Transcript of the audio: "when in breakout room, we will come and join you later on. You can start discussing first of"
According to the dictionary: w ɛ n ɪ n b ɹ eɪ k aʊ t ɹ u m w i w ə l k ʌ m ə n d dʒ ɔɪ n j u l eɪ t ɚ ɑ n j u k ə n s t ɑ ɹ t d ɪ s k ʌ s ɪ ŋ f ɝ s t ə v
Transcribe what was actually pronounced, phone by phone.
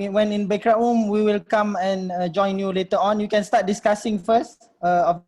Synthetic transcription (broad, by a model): w ɛ n ɪ n b eɪ k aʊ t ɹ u m w i w ə l k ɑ m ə n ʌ dʒ ɔɪ n j u l eɪ t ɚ ɑ n j u k ə n s t ɑ t d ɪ s k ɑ s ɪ ŋ f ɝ s t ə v